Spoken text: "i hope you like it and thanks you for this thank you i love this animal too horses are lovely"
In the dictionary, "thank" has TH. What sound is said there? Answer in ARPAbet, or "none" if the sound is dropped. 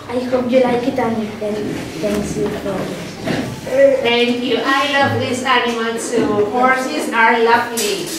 T